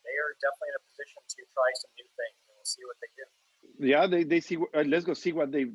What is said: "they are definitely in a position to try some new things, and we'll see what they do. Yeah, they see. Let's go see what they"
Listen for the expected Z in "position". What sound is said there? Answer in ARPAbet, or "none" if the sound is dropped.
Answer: Z